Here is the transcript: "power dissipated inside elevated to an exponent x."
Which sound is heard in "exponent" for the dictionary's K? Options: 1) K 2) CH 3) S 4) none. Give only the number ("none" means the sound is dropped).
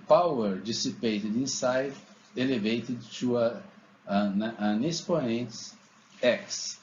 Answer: 4